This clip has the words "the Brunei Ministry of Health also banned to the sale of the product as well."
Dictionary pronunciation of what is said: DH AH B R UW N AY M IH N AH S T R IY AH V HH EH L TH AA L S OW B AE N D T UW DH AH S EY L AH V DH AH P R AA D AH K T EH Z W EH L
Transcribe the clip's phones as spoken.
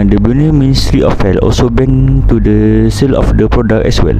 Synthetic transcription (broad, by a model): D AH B UW N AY M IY N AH S T R IY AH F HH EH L AA L S OW B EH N T UW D AH S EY L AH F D AH P R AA D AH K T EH S W EH L